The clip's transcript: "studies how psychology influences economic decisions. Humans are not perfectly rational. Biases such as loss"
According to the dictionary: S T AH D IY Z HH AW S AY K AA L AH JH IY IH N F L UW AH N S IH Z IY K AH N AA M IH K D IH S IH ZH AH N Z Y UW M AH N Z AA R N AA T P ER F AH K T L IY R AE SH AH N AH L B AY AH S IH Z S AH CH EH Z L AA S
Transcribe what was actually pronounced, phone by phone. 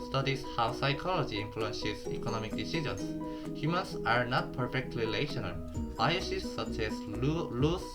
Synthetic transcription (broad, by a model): S T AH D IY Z HH AW S AY K AA L AH JH IY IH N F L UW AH N S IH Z IY K AH N AA M IH K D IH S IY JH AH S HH Y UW M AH N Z AA R N AA T P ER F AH K T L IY L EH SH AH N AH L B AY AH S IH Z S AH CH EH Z L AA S